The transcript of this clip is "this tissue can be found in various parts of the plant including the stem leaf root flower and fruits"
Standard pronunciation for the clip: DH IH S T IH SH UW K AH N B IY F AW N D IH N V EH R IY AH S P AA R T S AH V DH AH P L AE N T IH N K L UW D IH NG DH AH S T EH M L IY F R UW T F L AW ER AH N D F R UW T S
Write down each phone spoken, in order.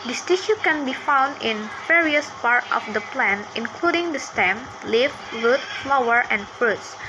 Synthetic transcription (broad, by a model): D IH S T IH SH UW K AH N B IY F AW N D IH N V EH R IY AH S P AA R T AH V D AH P L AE N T IH N K L UW D IH NG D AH S T EH M L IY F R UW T F L AW ER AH N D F R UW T S